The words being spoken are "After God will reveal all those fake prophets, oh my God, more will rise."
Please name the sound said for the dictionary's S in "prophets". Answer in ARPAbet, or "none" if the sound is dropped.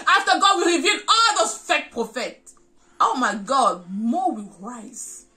none